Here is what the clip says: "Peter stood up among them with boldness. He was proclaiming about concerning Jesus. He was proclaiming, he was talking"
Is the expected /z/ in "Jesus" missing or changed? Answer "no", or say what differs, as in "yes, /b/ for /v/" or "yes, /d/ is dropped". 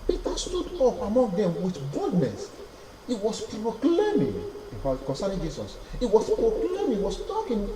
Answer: yes, /s/ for /z/